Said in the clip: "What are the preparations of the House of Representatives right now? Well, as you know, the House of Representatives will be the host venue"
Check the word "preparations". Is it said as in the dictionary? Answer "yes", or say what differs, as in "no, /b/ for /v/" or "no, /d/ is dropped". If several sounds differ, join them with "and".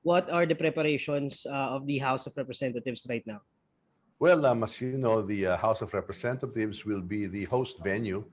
no, /s/ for /z/